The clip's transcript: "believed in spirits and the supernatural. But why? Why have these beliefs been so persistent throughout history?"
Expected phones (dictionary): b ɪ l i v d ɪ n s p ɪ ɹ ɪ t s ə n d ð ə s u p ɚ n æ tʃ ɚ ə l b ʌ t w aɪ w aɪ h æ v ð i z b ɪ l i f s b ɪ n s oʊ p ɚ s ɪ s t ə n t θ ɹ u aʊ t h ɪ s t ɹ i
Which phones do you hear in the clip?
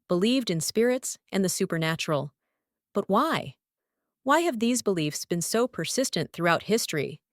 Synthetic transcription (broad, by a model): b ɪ l i v d ɪ n s p ɪ ɹ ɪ t s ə n ð ə s u p ɚ n æ tʃ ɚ l b ʌ t w aɪ w aɪ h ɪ v ð i z b ɪ l i f s b ɪ n s oʊ p ɚ s ɪ s t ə n θ ɹ u aʊ t h ɪ s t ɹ i